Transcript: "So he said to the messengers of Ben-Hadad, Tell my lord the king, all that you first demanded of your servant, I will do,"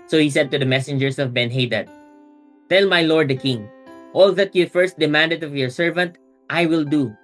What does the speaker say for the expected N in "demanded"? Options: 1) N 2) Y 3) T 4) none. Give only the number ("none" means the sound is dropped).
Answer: 1